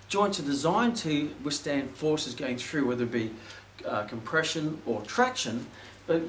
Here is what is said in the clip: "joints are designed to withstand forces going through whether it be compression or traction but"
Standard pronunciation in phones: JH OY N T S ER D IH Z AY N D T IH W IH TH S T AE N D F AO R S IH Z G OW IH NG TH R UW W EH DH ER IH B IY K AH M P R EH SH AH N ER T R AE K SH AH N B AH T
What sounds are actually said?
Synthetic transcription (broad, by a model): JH OY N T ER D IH Z AY N T IH W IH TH S T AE N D F AO R S IH Z G OW IH NG TH R UW W EH DH ER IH B IY K AH M P R EH SH AH N ER T R AE K SH AH N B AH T